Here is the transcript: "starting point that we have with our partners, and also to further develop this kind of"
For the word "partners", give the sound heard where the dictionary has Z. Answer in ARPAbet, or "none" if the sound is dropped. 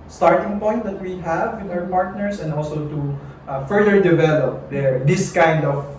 S